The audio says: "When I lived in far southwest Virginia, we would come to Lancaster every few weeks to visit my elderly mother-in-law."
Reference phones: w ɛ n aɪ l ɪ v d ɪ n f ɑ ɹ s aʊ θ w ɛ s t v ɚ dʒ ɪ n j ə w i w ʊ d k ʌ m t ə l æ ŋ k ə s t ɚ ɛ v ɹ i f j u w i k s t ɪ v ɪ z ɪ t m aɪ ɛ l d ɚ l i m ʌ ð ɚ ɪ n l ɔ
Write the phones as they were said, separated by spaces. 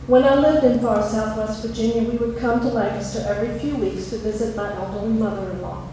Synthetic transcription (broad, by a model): w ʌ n aɪ l ɪ v d ɪ n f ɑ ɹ s aʊ θ w ɛ s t v ɚ dʒ ɪ n j ə w i w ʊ d k ʌ m t ə l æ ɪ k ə s t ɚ ɛ v ɹ i f j u w i k s t ɪ v ɪ z ɪ t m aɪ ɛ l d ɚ i m ʌ ð ɚ ɪ n l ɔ